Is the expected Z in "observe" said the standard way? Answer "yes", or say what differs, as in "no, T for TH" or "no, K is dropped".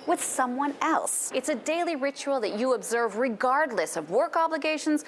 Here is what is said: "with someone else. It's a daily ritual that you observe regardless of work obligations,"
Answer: yes